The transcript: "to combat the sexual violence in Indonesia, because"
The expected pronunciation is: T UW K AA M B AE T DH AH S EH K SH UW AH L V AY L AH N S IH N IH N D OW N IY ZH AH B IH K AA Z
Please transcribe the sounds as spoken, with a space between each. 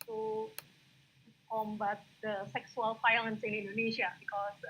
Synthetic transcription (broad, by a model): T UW K AA M B AE T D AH S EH K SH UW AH L F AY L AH N S IH N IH N D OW N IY SH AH B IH K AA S